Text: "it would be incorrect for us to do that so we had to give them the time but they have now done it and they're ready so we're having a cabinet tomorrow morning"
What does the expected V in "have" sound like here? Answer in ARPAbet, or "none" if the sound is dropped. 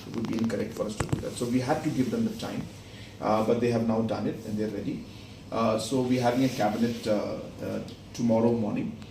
V